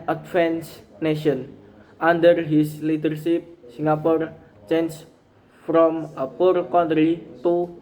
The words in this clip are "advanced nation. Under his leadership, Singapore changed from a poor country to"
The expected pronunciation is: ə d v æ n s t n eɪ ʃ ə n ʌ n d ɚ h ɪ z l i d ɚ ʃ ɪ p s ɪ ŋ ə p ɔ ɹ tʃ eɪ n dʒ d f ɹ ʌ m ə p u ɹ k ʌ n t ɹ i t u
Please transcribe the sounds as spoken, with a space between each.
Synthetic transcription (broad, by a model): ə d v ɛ n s n eɪ ʃ ə n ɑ n d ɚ h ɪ s l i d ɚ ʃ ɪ p s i ŋ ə p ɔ ɹ tʃ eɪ n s f ɹ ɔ m ə p u ɹ k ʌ n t ɹ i t u